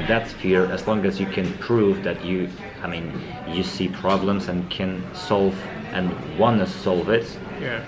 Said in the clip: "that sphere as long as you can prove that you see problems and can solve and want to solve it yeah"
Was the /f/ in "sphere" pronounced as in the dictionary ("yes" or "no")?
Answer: yes